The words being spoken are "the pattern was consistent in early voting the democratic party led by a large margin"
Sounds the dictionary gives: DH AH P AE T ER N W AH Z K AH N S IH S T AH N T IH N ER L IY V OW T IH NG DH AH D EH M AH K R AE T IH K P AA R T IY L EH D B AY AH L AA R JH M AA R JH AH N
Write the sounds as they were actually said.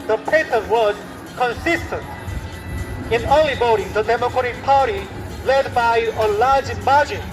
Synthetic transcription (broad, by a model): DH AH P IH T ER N W AH Z K AH N S IH S T AH N T IH N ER L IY B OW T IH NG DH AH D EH M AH K R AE T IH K P AA R T IY L EH D B AY AH L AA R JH M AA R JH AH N